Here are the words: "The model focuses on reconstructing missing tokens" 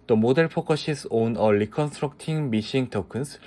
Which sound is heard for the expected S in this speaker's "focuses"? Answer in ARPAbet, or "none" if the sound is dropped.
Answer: SH